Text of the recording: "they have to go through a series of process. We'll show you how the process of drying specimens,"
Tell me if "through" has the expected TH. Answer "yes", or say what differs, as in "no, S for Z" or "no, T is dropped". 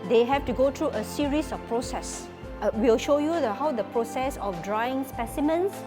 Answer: no, T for TH